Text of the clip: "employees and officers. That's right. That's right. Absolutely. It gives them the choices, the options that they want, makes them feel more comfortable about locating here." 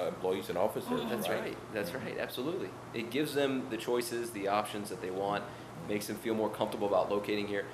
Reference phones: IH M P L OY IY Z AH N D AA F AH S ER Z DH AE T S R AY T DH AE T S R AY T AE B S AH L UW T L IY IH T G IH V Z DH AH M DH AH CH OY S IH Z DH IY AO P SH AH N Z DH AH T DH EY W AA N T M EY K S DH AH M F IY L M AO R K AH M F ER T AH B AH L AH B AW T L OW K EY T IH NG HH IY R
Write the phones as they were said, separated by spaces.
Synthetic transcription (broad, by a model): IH M P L OY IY Z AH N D AA F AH S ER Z DH AE T S R AY T DH AE T S R AY T AE B S AH L UW T L IY IH T G IH V Z DH AH M DH AH CH OY S IH Z DH IY AO P SH AH N Z DH AH T DH EY W AA N T M EY K S DH AH M F IY L M AO R K AH M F T AH B L AH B AW T L OW K EY T IH NG HH IY R